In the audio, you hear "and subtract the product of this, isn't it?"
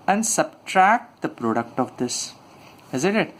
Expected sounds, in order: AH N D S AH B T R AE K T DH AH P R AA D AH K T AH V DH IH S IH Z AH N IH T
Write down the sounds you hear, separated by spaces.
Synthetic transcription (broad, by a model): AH N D S AH B T R AE K T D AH P R AA D AH K T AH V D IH S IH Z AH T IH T